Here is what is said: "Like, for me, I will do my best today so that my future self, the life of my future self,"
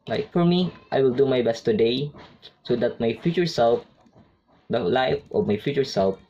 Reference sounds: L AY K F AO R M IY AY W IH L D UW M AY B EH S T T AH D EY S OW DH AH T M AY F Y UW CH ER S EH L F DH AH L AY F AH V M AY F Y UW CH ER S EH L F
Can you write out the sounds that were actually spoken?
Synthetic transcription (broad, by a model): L AY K F AO R M IY AY W IH L D UW M AY B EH S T T AH D EY S OW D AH T M AY F Y UW CH ER S EH L F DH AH L AY F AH M AY F Y UW CH ER S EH L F